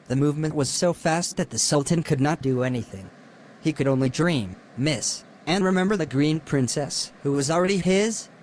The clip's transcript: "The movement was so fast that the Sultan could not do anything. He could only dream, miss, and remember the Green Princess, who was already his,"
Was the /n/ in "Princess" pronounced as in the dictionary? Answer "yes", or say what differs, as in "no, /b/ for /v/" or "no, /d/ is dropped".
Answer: yes